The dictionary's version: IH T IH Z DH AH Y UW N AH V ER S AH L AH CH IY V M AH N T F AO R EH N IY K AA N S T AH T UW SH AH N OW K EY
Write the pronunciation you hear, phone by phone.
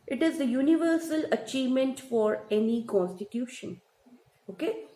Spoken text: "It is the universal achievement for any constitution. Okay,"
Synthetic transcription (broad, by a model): IH T IH Z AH Y UW N AH V ER S AH L AH CH IY V M AH N T F AO R EH N IY K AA N S T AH T UW SH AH N OW K EY